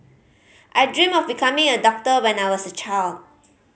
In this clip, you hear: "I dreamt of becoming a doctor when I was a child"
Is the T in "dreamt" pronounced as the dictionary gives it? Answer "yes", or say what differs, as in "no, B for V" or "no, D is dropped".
no, T is dropped